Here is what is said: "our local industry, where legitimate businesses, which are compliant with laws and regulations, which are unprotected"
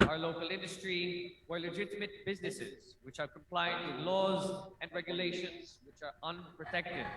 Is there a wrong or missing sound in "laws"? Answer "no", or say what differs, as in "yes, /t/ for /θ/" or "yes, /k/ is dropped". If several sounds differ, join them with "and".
no